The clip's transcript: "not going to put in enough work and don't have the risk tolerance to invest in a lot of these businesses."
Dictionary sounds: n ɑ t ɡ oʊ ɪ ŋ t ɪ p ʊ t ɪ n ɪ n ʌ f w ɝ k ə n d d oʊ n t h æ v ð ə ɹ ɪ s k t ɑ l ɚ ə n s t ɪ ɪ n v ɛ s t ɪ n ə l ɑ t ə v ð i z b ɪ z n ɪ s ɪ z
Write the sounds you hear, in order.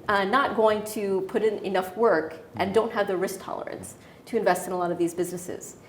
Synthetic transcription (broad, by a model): n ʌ t ɡ oʊ ɪ ŋ t ɪ p ʊ t ɪ n ɪ n ʌ f w ɝ k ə n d d oʊ n t h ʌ v ð ə ɹ ɪ s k t ɑ l ɚ ə n s t ɪ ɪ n v ɛ s t ɪ n ə l ɑ t ə v ð i z b ɪ z n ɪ s ɪ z